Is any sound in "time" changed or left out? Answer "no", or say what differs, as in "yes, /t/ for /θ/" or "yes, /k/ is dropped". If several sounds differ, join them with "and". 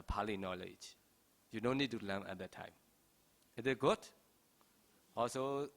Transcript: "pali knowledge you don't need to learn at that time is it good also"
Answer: no